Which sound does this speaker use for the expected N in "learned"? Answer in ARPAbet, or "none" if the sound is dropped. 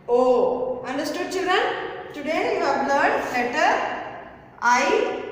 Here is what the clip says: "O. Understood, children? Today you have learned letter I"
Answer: none